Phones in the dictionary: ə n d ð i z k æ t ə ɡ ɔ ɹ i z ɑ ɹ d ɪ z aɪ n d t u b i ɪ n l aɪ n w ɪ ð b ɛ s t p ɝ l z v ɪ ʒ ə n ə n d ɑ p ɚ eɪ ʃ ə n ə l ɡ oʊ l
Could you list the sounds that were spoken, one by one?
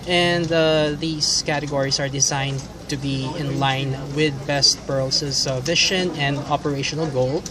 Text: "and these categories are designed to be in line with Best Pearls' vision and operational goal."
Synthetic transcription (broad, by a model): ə n d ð i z k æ t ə ɡ ɔ ɹ i s ɑ ɹ d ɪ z aɪ n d t u b i ɪ n l aɪ n w ɪ ð b ɛ s t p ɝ l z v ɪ ʃ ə n ə n d ɑ p ɚ eɪ ʃ ə n ə l ɡ oʊ l